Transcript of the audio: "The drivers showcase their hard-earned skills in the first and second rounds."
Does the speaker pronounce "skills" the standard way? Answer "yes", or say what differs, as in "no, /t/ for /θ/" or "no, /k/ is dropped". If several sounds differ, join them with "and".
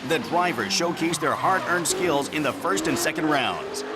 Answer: yes